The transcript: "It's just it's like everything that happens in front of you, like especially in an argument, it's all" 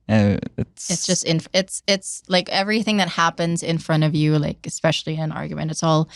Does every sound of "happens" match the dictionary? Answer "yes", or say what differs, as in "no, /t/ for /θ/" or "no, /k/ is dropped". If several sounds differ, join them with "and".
yes